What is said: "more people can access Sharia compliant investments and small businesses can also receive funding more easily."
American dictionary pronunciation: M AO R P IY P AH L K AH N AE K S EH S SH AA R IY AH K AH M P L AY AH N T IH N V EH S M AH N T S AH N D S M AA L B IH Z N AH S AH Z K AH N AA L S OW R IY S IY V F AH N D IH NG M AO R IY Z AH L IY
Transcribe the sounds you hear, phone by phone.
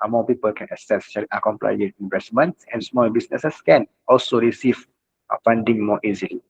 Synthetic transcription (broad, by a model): M AO P IY P AH L K AH N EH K S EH S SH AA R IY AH K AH M P L AY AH T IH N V EH S M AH N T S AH N S M AA L B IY S N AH S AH S K AH N AA L S OW R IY S IY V F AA N D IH NG M AO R IY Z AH L IY